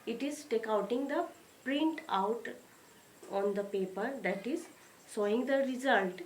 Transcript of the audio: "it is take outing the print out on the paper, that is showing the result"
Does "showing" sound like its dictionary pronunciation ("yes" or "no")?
no